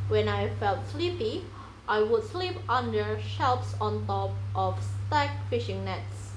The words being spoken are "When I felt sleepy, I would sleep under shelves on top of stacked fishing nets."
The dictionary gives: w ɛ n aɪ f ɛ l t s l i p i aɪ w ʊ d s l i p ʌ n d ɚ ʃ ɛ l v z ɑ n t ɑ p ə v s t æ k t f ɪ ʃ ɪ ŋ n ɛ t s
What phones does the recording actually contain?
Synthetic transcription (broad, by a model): w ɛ n aɪ f ɛ l t s l i p i aɪ w ʊ d s l i p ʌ n d ɚ ʃ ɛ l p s ɑ n t ɑ p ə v s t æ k f ɪ ʃ ɪ ŋ n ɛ t s